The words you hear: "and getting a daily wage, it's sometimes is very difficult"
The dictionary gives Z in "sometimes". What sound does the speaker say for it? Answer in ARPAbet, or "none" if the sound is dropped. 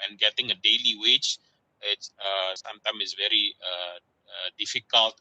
none